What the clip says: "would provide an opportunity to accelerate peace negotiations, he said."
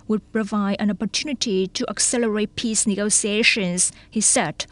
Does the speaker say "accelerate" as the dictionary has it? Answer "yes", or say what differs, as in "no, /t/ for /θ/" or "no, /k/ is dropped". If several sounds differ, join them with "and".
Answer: yes